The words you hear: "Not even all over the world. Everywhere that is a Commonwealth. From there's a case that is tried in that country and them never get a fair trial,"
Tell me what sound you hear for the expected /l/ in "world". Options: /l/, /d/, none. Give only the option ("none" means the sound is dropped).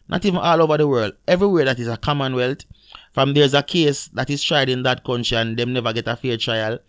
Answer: /l/